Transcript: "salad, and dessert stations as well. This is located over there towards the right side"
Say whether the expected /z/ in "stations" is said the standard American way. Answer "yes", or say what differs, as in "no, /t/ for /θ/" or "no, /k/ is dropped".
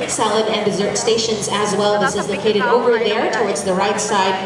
yes